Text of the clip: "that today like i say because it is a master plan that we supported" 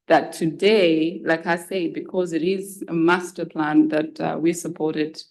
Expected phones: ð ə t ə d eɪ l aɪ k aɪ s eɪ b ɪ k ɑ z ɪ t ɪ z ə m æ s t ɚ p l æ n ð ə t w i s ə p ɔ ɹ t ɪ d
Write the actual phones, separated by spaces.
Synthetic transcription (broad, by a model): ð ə t ə d eɪ l aɪ k aɪ s eɪ b ɪ k ɑ z ɪ t ɪ z ə m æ s t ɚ p l æ n ð ə t w i s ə p ɔ ɹ t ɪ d